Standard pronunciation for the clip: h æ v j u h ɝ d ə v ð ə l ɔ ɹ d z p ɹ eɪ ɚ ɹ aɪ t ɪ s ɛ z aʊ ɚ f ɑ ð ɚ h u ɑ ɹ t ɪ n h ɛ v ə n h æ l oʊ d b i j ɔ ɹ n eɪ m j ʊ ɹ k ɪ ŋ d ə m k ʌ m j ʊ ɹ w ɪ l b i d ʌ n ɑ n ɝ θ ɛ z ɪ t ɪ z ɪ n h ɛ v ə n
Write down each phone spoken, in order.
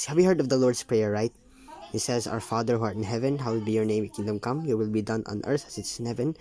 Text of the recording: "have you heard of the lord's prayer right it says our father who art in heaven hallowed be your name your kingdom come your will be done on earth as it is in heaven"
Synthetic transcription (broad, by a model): h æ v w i h ɝ d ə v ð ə l ɔ ɹ d s p ɹ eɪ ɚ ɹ aɪ t ɪ s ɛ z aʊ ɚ f ɑ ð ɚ h u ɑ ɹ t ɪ n h ɛ v ə n h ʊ w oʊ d b i j ɔ ɹ n eɪ m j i k ɪ ŋ d ə m k ʌ m j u w ɪ l b i d ʌ n ɑ n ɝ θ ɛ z ɪ t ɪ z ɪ n h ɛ v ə n